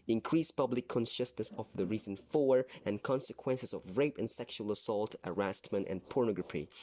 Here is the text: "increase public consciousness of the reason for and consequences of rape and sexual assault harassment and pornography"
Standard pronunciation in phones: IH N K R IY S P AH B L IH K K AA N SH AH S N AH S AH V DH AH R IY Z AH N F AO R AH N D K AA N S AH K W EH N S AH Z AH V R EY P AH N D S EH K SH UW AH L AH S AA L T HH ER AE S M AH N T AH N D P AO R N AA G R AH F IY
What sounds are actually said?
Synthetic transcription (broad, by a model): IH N K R IY S P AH B L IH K K AA N SH AH S N AH S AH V DH AH R IY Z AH N F AO R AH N K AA N S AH K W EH N S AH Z AH V R EY P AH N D S EH K SH UW AH L AH S AA L T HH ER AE S M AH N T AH N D P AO R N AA G R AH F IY